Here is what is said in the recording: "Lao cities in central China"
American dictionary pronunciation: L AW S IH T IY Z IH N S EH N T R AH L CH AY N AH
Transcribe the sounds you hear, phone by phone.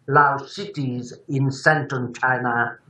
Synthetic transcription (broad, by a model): L AW S IH T IY Z IH N S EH N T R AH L CH AY N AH